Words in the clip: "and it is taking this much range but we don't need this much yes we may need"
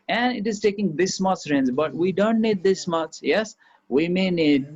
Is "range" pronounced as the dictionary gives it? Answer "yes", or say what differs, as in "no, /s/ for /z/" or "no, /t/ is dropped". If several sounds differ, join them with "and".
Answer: no, /z/ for /dʒ/